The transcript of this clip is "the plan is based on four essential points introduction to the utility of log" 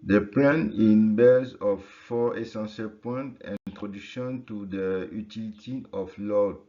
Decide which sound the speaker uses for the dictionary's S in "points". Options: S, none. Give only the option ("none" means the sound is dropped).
none